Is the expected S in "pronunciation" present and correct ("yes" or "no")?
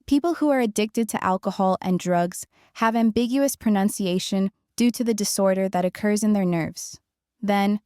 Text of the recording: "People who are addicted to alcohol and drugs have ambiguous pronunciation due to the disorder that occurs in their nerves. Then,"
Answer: yes